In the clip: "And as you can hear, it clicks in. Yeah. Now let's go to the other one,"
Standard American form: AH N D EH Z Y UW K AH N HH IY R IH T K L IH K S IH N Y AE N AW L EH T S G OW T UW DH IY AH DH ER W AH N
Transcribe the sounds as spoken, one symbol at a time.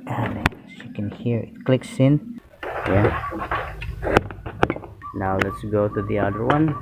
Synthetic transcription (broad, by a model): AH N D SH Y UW K AH N HH IY R IH T K L IH K S IH N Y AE N AW L EH T S G OW T UW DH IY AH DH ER W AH N